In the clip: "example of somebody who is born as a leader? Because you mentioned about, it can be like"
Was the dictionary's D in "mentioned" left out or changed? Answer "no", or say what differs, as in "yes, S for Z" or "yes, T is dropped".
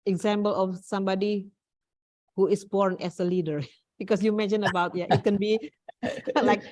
yes, D is dropped